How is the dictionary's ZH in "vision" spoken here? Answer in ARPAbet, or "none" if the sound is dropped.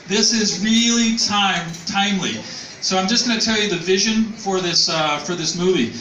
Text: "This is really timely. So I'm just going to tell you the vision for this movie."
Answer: ZH